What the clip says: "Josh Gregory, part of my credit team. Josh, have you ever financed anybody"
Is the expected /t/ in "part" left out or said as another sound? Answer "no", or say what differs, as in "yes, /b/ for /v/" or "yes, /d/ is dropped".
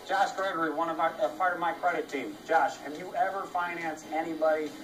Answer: no